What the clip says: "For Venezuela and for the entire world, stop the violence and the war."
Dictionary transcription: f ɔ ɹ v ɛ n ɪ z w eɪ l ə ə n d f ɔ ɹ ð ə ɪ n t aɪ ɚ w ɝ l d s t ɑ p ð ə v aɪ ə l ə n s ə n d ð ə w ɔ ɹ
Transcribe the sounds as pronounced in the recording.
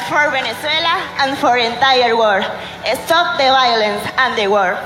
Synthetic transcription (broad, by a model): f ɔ ɹ b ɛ n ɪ s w eɪ l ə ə n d f ɔ ɹ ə n t aɪ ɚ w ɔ d s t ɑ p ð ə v aɪ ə l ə n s ə n d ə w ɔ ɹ